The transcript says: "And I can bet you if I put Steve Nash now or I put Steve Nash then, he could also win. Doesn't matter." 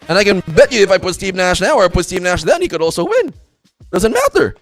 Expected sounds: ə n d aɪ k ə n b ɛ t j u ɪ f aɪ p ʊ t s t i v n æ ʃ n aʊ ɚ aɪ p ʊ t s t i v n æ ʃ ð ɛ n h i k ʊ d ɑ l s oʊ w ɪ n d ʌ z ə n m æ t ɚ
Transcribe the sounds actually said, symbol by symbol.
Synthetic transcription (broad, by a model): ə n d aɪ k ə n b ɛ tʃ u ɪ f aɪ p ʊ t s t i v n æ ʃ n aʊ ɚ aɪ p ʊ t s t i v n æ ʃ ð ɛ n h i k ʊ d ɑ l s oʊ w ɪ n d ʌ z ə n m æ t ɚ